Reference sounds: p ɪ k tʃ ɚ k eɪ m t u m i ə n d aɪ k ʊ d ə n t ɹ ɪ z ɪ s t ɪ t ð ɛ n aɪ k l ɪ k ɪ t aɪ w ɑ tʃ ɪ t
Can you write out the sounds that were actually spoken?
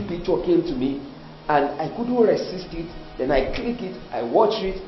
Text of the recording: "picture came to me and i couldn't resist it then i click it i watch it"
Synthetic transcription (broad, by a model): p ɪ k tʃ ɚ k eɪ m t u m i ə n d aɪ k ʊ d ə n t ɹ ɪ s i s t ɪ t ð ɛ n aɪ k l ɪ k ɪ t aɪ w ɑ tʃ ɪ t